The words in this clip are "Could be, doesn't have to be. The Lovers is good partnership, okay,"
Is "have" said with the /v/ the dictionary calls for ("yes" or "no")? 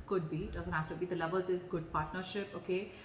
no